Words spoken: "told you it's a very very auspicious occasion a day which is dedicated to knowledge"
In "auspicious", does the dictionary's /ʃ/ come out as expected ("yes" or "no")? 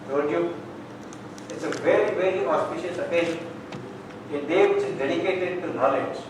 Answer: yes